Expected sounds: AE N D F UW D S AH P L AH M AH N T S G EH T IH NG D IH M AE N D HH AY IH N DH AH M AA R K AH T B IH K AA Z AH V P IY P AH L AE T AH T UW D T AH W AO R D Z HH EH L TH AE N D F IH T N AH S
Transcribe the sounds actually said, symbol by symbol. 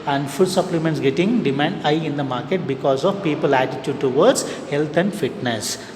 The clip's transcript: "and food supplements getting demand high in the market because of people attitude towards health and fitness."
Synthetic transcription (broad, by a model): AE N D F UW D S AH P L AH M AH N T S G EH T IH NG D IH M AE N D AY IH N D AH M AA R K AH T B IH K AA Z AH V P IY P AH L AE T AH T UW D T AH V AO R D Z HH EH L T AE N D F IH T N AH S